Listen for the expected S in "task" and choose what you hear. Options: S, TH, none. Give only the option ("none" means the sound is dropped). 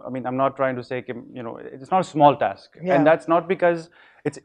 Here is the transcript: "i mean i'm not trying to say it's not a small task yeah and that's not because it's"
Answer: S